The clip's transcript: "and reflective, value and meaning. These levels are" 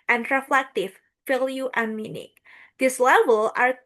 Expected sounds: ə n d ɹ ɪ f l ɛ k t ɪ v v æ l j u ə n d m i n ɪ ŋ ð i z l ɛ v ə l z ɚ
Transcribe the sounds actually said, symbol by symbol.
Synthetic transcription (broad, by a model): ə n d ɹ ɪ f l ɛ k t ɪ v f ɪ l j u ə n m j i n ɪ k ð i s l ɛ v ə l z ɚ